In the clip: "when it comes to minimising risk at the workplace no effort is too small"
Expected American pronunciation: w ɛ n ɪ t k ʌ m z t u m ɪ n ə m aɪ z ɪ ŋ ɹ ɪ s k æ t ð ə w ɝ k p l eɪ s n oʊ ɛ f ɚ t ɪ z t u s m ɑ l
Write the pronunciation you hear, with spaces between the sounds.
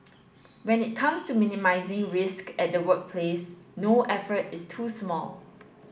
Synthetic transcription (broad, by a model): w ɛ n ɪ t k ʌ m s t u m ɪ n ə m aɪ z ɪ ŋ ɹ ɪ s k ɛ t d ə w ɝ k p l eɪ s n oʊ ɛ f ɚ t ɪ s t u s m ɑ l